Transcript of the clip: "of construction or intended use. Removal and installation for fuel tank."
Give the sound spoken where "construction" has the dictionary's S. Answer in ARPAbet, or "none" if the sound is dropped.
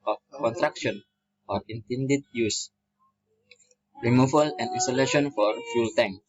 none